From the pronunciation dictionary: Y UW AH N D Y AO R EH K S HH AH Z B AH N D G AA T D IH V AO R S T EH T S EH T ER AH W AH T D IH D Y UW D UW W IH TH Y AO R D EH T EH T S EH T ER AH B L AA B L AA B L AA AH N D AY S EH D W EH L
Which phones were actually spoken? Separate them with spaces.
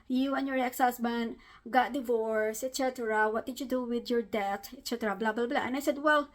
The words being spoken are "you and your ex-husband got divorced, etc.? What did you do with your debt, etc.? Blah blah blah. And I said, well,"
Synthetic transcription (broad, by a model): Y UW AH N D Y AO R EH K S HH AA S B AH N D G AA T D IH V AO R S EH T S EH T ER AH W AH T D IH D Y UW D UW W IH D Y AO R D EH T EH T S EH T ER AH B L AA B L AA B L AA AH N AY S EH D W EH L